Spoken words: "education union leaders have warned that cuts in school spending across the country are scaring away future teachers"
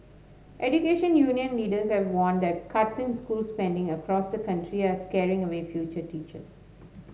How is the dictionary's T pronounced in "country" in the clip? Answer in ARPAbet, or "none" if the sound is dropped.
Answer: T